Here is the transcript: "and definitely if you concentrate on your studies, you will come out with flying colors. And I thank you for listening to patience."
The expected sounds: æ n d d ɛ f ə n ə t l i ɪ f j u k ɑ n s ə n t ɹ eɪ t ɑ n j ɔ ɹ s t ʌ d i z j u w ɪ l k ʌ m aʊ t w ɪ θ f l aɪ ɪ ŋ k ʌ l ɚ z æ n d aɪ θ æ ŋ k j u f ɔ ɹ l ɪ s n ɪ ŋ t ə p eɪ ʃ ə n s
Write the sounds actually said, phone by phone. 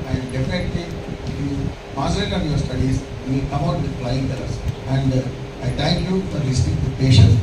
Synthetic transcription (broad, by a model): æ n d d ɛ f ə n ə t l i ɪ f j u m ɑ s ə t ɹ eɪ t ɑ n j ɔ ɹ s t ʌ d i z j u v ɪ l k ʌ m aʊ t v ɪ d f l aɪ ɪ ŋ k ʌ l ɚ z æ n d aɪ t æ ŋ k j u f ɔ ɹ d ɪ s ɪ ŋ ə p eɪ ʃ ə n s